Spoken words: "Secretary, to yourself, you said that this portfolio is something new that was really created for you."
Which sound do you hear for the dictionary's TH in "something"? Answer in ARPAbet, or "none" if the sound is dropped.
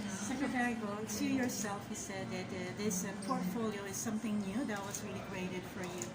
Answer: TH